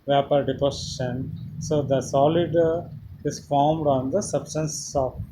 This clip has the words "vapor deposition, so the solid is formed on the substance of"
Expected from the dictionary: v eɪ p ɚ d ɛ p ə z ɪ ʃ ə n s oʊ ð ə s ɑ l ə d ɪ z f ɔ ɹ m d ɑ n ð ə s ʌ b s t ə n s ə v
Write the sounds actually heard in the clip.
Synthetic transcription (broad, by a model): v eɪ p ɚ d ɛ p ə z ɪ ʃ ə n s oʊ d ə s ɑ l ə d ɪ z f ɔ ɹ m d ɑ n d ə s ʌ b s t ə n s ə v